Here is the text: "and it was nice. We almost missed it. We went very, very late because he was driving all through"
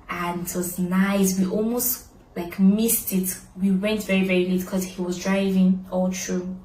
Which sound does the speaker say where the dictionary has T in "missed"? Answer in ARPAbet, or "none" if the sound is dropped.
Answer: T